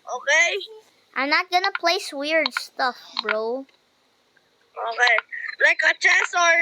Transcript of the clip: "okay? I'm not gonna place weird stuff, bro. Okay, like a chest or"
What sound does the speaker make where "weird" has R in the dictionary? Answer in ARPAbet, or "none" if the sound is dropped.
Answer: R